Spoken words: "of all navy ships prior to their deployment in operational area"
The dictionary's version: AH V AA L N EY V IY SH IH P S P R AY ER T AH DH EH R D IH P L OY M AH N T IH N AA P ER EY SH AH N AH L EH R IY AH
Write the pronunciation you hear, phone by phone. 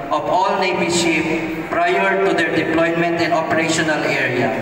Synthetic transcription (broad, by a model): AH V AA L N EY B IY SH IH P P R AY ER T AH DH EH R D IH P L OY M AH N T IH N AA P ER EY SH AH N AH L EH R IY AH